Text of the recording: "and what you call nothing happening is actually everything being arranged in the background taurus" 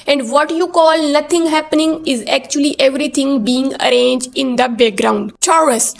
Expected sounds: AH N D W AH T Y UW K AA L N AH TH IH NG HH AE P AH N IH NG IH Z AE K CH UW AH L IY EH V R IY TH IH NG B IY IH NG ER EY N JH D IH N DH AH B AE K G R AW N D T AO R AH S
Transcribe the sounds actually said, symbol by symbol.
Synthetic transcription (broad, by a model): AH N D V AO T Y UW K AA L N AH T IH NG HH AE P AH N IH NG IH Z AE K CH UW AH L IY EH V R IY T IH NG B IY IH NG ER EY N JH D IH N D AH B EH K G R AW N D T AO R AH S